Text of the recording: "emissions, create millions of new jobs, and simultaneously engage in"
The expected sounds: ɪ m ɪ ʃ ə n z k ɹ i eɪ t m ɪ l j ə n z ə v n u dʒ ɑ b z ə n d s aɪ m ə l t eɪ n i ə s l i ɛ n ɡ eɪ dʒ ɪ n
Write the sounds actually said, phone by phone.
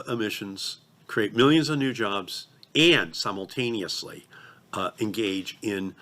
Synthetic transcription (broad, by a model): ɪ m ɪ ʃ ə n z k ɹ i eɪ t m ɪ l j ə n z ə v n u dʒ ɑ b z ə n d s aɪ m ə l t eɪ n i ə s l i ɛ n ɡ eɪ dʒ ɪ n